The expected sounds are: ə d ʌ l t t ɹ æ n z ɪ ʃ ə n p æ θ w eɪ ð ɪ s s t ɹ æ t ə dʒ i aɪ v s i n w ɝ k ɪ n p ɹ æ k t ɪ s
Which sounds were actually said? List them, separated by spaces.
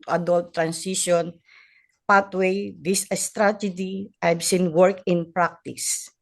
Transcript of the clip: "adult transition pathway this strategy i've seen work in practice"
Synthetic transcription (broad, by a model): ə d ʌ l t t ɹ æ n s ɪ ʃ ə n p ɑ t w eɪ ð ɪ s s t ɹ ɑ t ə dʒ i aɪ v s i n w ɝ k ɪ n p ɹ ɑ k t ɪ s